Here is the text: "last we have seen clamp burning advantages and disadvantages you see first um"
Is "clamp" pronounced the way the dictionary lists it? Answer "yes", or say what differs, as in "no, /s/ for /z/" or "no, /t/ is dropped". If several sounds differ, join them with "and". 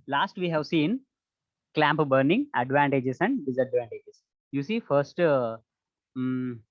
yes